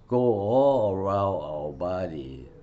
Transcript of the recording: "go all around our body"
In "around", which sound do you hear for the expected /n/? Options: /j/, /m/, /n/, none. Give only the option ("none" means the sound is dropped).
none